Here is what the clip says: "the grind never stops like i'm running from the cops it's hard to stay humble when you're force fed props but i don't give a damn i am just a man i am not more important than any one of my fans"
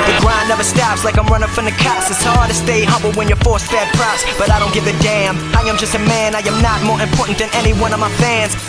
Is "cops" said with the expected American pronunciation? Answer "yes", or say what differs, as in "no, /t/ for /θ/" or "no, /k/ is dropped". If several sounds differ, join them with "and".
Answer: no, /p/ is dropped